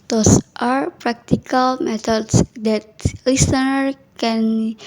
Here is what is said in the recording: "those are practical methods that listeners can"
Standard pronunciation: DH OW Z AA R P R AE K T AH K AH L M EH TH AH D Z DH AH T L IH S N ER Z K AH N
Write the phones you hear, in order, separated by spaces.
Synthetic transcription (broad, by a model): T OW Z AA R P R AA K T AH K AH L M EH T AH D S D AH T L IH S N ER K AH N